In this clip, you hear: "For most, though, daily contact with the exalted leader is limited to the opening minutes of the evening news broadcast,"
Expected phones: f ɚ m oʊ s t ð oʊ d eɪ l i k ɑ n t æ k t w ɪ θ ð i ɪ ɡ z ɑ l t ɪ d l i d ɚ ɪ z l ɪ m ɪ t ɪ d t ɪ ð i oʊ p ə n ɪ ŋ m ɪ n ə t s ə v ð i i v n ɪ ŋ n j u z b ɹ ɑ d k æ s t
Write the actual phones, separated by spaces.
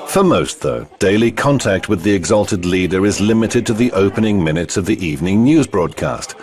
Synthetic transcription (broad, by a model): f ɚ m oʊ s t ð oʊ d eɪ l i k ɑ n t æ k t w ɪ ð i ɪ ɡ z ɑ l t ɪ d l i d ɚ ɪ z l ɪ m ɪ t ɪ d t ɪ ð i oʊ p ə n ɪ ŋ m ɪ n ə t s ə v ð i i v n ɪ ŋ n j u z b ɹ ɑ d k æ s t